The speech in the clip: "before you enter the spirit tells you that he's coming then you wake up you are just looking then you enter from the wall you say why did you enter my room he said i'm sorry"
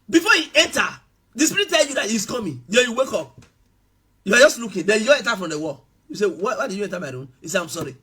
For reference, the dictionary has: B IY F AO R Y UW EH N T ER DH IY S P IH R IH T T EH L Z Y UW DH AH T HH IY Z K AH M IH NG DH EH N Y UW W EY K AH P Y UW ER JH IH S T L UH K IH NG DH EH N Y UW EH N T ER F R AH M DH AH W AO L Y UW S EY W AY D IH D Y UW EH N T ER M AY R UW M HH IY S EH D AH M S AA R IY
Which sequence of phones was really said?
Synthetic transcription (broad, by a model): B IY F AO Y UW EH N T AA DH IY S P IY R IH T T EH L Y UW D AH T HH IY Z K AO M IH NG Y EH Y UW W EY K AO P Y UW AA JH IH S T L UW K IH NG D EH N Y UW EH N T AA F R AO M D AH W AO L Y UW S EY W AY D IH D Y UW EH N T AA M AY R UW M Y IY S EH AH M S AA R IY